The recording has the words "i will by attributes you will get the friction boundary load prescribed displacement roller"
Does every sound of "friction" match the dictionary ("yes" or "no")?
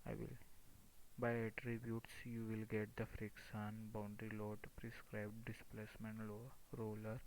no